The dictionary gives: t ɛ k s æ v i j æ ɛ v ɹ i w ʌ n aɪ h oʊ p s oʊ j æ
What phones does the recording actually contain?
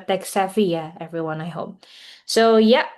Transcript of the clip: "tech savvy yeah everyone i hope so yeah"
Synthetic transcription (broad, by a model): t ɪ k s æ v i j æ ɛ v ɹ i w ʌ n aɪ h oʊ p s oʊ j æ